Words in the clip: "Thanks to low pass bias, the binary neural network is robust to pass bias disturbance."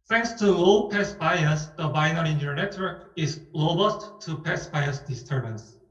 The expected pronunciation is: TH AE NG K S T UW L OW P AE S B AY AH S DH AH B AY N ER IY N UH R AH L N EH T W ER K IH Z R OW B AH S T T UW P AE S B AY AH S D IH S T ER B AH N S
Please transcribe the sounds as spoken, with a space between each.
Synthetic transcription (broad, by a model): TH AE NG K S T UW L P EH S B AY AH S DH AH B AY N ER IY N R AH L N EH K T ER IH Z L OW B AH S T T UW P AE S B AY AH S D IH S T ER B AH N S